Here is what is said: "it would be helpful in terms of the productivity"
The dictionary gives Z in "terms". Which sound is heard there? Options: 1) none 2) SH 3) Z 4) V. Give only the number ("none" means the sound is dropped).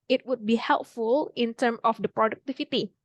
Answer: 1